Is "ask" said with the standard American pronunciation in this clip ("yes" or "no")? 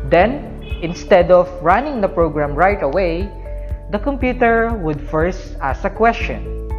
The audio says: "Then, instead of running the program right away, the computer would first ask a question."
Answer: no